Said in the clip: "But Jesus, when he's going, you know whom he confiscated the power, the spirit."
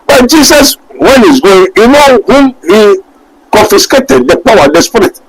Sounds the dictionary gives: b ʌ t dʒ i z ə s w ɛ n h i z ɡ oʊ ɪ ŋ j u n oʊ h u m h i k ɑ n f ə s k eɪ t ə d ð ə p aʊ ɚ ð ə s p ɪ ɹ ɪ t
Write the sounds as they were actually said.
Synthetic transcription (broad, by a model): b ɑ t dʒ i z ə s w ɛ n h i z ɡ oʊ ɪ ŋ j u n oʊ h u m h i k ɑ n f ə s k eɪ t ə d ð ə p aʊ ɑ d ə s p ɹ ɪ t